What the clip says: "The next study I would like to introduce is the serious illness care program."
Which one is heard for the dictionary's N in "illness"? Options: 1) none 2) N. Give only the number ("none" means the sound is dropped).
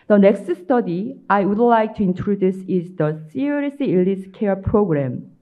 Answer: 1